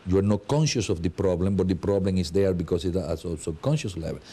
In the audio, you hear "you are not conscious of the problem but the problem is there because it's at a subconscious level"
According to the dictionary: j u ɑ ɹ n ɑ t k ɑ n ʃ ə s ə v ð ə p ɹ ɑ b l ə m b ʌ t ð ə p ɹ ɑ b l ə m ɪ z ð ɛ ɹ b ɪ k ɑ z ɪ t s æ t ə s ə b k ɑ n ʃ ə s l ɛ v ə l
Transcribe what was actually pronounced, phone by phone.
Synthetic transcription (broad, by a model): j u ɑ ɹ n ɑ t k ɑ n ʃ ə s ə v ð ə p ɹ ɑ b l ə m b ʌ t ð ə p ɹ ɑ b l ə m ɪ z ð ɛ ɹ b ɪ k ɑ s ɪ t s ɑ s ə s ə k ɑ n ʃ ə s l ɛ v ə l